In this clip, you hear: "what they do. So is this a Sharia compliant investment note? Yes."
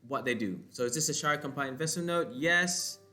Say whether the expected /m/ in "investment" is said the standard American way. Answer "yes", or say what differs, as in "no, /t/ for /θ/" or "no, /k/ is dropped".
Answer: no, /m/ is dropped